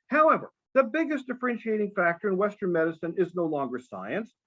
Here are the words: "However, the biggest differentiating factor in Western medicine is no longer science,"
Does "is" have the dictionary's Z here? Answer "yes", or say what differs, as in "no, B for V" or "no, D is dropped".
yes